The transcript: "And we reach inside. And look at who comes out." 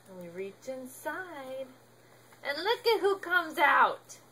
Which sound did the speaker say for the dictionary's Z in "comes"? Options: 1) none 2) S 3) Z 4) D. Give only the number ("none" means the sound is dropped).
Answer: 3